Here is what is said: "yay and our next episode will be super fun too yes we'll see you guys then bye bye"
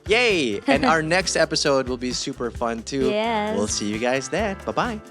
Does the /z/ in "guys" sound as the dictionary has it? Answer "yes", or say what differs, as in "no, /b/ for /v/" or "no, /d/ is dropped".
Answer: yes